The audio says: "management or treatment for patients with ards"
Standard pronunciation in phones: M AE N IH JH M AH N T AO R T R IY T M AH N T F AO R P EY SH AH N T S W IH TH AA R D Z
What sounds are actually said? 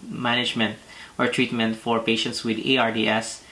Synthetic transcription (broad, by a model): M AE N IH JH M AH N T AO R T R IY T M AH N T F AO R P EY SH AH N T S W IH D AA R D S